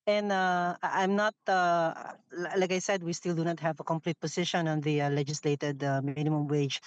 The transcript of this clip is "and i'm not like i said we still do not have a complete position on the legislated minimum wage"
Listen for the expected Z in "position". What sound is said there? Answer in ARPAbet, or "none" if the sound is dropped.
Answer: S